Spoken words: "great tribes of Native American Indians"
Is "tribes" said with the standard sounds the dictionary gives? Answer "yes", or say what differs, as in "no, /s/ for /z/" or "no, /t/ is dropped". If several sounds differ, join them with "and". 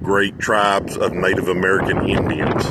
yes